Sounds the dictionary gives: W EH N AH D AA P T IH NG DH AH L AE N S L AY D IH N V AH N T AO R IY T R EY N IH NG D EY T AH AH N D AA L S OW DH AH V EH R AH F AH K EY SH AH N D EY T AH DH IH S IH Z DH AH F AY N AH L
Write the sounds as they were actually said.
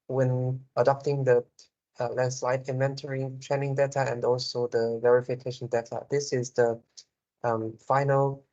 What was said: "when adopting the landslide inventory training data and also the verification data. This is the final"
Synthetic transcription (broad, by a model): W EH N AH D AA P T IH NG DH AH L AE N S L AY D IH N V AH N T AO R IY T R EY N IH NG D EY T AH AH N D AA L S OW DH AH V EH R AH F AH K EY SH AH N D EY T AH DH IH S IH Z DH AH F AY N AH L